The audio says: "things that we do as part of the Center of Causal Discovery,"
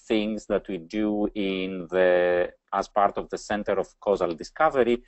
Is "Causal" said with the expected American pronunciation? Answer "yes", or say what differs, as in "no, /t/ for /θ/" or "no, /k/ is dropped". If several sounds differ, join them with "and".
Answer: yes